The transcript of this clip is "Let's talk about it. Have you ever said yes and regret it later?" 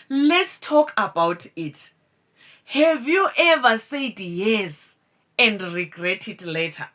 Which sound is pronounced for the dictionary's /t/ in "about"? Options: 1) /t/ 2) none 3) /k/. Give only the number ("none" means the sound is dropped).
1